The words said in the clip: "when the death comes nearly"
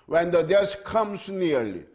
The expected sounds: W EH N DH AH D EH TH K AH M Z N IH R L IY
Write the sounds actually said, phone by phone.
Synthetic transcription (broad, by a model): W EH N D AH D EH S K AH M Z N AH R L IY